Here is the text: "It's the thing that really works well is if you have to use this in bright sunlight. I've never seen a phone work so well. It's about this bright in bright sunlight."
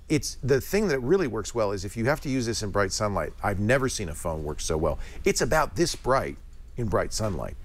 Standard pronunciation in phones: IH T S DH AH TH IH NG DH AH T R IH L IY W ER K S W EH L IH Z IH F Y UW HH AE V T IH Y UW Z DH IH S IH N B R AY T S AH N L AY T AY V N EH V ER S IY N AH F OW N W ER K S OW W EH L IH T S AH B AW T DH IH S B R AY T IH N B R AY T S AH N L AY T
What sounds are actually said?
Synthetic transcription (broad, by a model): IH T S DH AH TH IH NG DH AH T R IH L IY W ER K S W EH L IH Z IH F Y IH HH AE F T IH Y UW Z DH IH S IH N B R AY T S AH N L AY T AY V N EH V ER S IY N AH F OW N W ER K S OW W EH L IH T S AH B AW T DH IH S B R AY T IH N B R AY T S AH N L AY T